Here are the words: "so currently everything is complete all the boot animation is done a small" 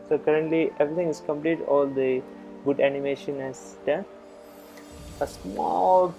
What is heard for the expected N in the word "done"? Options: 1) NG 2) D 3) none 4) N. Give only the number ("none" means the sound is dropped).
3